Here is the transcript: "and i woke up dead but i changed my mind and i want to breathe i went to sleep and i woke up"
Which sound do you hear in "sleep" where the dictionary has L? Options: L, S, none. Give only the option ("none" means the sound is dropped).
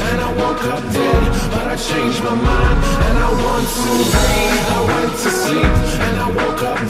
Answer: none